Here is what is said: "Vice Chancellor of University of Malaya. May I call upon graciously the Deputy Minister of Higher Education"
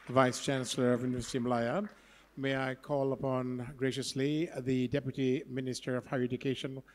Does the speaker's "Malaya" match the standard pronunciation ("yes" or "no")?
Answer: no